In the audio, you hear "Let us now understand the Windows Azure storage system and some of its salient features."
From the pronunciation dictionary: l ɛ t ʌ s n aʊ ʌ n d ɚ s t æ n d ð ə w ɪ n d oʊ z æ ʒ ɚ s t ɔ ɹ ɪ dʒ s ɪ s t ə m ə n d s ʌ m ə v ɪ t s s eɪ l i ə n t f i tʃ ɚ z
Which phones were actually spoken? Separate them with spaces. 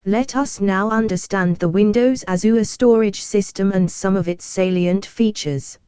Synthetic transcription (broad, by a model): l ɛ t ʌ s n aʊ ʌ n d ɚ s t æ n ð ə w ɪ n d oʊ z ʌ z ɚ s t ɔ ɹ ɪ dʒ s ɪ s t ə m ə n s ʌ m ə v ɪ t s s eɪ l i ə n t f i tʃ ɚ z